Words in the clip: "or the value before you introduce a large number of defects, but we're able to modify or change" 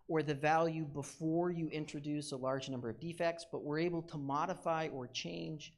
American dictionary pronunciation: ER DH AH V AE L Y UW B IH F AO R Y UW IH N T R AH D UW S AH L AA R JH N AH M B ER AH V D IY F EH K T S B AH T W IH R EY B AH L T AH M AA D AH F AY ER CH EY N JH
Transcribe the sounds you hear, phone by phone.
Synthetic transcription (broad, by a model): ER DH AH V AE L Y UW B IH F AO R Y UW IH N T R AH D UW S AH L AA R JH N AH M B ER AH V D IY F EH K T S B AH T W IH R EY B L T AH M AA D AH F AY ER CH EY N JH